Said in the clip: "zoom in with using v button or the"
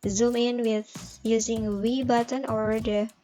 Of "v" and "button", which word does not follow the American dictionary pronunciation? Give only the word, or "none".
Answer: v